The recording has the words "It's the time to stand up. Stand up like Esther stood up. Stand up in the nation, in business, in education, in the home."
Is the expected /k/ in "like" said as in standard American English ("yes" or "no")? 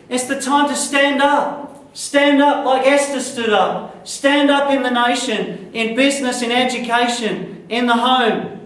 no